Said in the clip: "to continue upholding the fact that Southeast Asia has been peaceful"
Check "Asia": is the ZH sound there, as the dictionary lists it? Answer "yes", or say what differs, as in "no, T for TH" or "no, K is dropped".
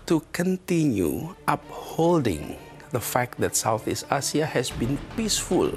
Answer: no, S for ZH